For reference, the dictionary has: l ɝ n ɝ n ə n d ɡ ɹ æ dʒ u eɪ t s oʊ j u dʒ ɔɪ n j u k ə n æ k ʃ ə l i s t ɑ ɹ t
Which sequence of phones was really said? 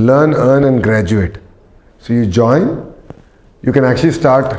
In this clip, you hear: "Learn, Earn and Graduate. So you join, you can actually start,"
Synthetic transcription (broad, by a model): l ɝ n ɝ n ə n d ɡ ɹ æ dʒ u eɪ t s oʊ j u dʒ ɔɪ n j u k ə n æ k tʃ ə l i s t ɑ ɹ t